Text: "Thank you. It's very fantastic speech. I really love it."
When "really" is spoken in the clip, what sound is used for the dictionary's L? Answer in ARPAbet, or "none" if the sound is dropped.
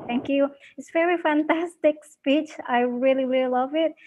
L